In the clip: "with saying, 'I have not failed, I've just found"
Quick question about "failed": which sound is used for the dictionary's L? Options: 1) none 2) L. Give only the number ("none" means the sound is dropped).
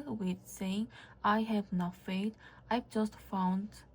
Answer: 1